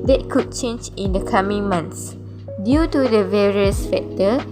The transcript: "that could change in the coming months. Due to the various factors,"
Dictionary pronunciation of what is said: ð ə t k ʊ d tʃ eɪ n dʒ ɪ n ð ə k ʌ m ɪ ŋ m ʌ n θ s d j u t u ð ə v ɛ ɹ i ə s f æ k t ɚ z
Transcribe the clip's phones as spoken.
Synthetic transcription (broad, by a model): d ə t k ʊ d tʃ eɪ n dʒ ɪ n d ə k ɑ m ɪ ŋ m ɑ n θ s d j u t u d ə v ɛ ɹ i ə s f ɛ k t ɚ